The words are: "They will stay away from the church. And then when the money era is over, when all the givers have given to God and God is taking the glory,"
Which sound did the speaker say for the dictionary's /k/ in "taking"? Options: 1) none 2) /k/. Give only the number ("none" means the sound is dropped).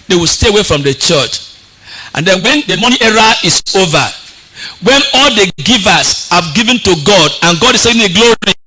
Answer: 1